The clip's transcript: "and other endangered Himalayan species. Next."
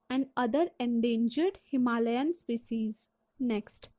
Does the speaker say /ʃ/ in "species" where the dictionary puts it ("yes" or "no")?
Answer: no